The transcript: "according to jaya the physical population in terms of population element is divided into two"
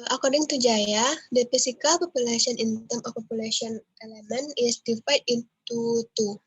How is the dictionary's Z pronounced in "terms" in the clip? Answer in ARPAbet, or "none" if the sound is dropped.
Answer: none